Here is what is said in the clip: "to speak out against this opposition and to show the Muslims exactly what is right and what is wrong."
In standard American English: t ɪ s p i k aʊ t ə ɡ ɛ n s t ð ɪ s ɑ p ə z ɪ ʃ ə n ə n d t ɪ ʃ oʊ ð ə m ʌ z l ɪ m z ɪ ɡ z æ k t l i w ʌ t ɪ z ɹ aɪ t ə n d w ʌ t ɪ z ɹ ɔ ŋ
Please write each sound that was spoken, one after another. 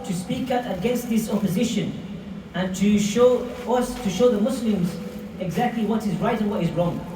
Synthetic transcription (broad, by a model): t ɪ s p i k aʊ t ə ɡ ɛ n s t ð ɪ s ɑ p ə z ɪ ʃ ə n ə n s t ɪ ʃ oʊ ð ə m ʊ s l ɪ m z ɪ ɡ z æ k t l i w ʌ t ɪ z ɹ aɪ t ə n w ʌ t ɪ z ɹ ɔ ŋ